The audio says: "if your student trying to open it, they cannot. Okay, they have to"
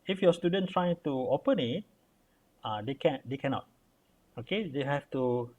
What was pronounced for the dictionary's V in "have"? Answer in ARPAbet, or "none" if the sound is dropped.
F